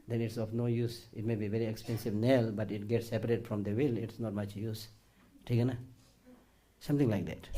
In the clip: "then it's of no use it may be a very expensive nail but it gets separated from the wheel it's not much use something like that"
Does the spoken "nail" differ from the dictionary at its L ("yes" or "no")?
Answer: no